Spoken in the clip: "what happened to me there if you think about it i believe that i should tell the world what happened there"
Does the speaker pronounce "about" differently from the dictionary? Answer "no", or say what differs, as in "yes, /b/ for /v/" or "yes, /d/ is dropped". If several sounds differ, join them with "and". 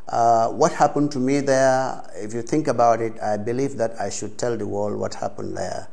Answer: no